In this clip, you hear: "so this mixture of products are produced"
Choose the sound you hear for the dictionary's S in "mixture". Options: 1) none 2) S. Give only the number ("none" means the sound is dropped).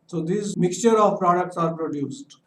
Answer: 2